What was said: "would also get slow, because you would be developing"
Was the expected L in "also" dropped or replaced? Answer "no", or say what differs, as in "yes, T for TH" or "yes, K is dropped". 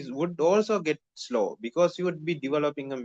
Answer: no